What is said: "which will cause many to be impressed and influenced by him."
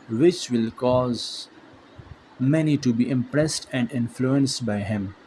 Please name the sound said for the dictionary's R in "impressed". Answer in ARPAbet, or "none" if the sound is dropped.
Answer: R